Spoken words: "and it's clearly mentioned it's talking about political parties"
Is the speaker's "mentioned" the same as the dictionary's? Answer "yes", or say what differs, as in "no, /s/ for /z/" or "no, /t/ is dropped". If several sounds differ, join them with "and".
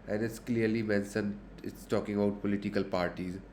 no, /s/ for /ʃ/ and /d/ is dropped